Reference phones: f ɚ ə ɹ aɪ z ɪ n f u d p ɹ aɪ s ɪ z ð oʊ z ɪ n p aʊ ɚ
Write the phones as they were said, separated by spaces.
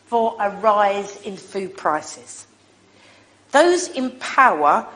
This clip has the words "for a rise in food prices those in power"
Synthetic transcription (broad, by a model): f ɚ ə ɹ aɪ z ɪ n f u d p ɹ aɪ s ɪ z ð oʊ z ɪ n p aʊ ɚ